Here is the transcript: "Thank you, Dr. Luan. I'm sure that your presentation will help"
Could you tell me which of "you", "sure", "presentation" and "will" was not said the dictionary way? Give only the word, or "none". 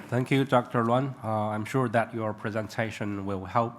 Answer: none